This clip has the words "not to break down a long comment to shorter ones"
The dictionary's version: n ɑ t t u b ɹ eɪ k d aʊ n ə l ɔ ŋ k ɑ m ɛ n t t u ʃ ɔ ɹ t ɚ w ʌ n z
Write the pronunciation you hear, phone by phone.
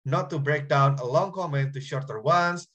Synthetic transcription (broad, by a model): n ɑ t t u b ɹ eɪ k d aʊ n ə l ɔ ŋ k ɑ m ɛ n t t u ʃ ɔ ɹ t ɚ w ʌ n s